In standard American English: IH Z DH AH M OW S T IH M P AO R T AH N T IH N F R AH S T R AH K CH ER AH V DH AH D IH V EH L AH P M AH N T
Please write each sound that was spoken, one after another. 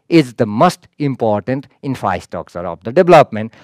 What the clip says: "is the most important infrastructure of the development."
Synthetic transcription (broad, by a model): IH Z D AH M OW S T IH M P AO R T AH N T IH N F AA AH S T AO K S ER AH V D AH D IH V L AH P M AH N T